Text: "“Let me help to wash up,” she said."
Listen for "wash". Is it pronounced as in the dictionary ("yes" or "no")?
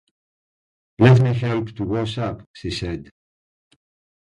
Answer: no